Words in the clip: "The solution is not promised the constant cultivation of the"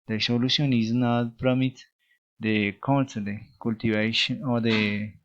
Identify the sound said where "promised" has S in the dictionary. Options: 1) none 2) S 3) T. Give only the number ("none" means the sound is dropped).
1